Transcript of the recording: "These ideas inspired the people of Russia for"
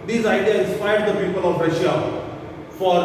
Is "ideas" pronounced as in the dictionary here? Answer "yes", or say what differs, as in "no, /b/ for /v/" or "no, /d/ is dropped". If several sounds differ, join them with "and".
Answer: no, /z/ is dropped